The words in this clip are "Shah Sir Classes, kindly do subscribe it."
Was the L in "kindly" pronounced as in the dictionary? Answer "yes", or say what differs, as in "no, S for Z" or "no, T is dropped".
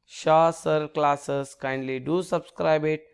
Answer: yes